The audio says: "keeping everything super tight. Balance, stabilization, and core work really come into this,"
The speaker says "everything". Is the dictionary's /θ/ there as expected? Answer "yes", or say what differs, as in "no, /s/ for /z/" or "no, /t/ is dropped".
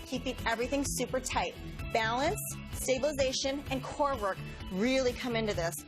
yes